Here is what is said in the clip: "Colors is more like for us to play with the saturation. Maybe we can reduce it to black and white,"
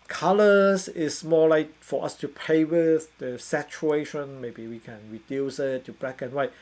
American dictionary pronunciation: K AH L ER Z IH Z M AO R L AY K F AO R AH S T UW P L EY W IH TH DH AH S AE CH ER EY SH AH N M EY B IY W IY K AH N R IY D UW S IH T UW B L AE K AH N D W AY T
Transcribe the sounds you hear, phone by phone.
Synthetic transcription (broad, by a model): K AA L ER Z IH S M AO L AY K F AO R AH S T UW P EY W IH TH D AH S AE CH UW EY SH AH N M EY B IY W IY K AH N R IY D UW S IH T UW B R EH K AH N W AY